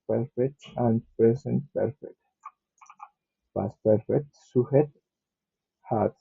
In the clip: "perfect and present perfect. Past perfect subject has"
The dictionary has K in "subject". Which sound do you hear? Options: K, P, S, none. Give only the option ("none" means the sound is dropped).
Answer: none